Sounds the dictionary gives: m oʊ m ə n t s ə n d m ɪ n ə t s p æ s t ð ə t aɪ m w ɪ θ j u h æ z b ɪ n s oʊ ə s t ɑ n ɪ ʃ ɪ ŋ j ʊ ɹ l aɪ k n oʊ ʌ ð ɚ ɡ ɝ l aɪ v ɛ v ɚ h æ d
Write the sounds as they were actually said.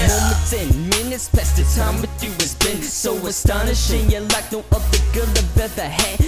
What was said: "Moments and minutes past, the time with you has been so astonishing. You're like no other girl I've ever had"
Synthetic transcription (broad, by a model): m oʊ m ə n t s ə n m ɪ n ə t s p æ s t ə t aɪ m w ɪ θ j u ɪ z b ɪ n s oʊ ə s t ɑ n ɪ ʃ ɪ ŋ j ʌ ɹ l aɪ k n oʊ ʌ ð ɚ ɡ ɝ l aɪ b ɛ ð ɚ h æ